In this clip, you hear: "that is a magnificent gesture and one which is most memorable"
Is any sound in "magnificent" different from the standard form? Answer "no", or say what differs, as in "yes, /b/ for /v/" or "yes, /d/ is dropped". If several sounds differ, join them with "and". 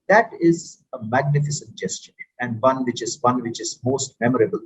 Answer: no